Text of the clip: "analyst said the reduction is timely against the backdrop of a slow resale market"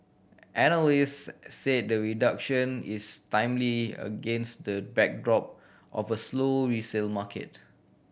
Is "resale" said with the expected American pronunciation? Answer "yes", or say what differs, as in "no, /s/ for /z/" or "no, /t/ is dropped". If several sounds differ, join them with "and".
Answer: yes